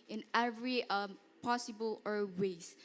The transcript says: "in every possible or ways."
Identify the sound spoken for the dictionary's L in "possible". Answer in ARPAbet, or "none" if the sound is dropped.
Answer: L